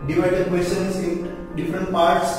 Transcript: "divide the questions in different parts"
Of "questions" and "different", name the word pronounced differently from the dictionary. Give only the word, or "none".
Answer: questions